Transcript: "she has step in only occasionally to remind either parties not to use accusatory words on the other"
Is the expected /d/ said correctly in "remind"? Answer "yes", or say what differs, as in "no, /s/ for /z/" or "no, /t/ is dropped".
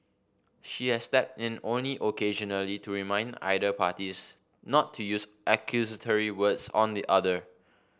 yes